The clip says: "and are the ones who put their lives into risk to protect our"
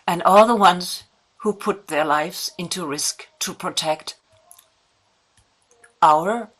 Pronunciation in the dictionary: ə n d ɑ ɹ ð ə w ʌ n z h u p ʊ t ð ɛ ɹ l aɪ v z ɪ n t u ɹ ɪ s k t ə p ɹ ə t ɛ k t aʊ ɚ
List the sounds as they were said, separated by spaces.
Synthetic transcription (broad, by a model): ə n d ɑ l ð ə w ʌ n z h u p ʊ t ð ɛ ɹ l aɪ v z ɪ n t u ɹ ɪ s k t ə p ɹ ə t ɛ k t aʊ ɚ